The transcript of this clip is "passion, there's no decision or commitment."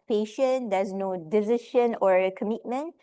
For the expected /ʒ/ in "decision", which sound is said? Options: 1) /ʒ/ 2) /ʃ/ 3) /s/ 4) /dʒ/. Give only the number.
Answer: 2